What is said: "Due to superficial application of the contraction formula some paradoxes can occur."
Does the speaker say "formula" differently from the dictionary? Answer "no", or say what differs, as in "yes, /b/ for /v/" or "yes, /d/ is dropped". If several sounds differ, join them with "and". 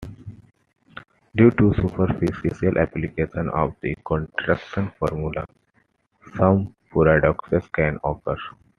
no